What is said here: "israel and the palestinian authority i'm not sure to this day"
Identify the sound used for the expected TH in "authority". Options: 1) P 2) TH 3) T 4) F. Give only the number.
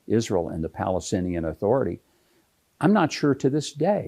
2